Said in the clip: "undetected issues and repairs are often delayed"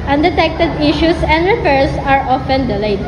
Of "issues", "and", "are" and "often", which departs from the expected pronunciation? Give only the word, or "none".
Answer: issues